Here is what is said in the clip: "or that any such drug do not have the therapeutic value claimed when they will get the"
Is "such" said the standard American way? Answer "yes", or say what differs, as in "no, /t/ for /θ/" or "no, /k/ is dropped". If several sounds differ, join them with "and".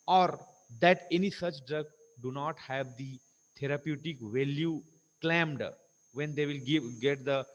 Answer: yes